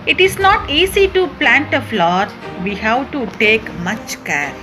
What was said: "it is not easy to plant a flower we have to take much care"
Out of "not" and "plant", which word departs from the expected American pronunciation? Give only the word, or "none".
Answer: none